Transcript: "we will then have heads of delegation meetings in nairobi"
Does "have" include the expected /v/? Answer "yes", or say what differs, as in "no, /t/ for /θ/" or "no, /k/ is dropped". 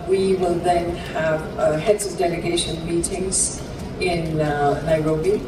yes